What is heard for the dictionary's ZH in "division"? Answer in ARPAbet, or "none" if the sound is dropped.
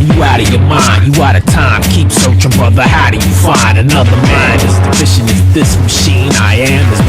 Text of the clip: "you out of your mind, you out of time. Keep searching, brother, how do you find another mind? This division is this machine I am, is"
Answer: SH